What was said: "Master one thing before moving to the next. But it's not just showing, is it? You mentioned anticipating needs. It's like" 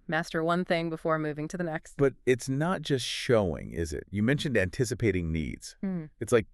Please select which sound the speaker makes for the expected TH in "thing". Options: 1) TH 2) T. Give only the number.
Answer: 1